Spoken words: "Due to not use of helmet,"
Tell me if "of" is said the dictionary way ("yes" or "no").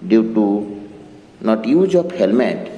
no